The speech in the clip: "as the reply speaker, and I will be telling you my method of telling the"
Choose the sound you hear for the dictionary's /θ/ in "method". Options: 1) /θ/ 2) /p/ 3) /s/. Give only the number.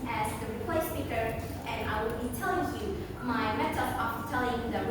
3